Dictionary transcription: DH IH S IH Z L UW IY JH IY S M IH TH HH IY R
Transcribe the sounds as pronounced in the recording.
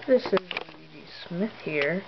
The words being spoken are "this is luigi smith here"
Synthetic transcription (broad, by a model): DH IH S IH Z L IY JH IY S M IH TH HH IY R